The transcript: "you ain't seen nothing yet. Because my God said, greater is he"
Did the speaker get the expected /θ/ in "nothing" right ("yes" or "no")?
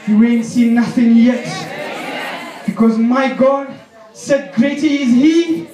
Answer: yes